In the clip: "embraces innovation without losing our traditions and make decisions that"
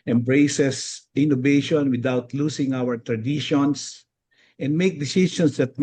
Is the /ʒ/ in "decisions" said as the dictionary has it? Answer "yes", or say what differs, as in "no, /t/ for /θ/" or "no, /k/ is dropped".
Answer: no, /s/ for /ʒ/